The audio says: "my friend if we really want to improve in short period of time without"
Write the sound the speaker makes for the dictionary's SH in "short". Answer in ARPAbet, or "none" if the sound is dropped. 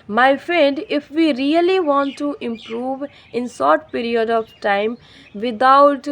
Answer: S